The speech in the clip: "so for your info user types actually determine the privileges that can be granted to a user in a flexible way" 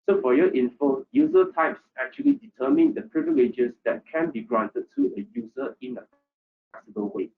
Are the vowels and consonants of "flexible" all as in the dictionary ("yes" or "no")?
no